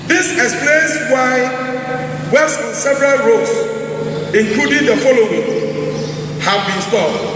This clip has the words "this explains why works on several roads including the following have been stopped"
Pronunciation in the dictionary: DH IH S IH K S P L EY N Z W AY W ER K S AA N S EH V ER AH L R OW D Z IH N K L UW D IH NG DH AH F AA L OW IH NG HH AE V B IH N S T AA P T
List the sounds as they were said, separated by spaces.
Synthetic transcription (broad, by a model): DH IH S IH K S P L EY N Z W AY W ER S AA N S EH V ER AH L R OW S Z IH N K L UW D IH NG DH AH F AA L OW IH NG HH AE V B IH N S T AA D